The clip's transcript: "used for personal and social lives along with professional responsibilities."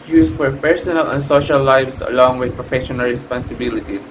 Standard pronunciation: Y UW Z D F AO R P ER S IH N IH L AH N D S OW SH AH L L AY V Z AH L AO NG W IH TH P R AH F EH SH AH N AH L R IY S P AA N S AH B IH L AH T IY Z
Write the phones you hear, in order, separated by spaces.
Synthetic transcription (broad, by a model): Y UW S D F AO R P ER S IH N IH L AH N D S OW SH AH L L AY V S AH L AO NG W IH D P R AH F EH SH AH N AH L R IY S P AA N S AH B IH L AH T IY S